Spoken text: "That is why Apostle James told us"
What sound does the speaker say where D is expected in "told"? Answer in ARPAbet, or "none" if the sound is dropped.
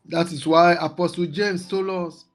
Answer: none